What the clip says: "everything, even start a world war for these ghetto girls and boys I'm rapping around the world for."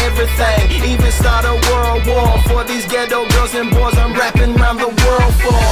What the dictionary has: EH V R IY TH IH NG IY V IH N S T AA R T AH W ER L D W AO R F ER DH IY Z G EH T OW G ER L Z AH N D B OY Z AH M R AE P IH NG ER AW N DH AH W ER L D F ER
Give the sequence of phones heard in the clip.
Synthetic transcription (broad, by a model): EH V R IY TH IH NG IY V IH N S T AA R T AH W ER L D W AO R F ER DH IY Z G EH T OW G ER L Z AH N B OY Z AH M R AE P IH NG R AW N DH AH W ER L D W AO